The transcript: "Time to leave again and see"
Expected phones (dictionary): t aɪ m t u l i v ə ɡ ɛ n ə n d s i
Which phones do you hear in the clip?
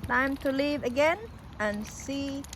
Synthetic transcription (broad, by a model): t aɪ m t u l i v ə ɡ ɛ n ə n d s i